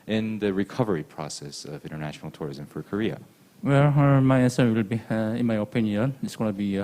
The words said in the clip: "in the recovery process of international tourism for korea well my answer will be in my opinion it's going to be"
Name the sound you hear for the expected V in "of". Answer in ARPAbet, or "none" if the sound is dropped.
V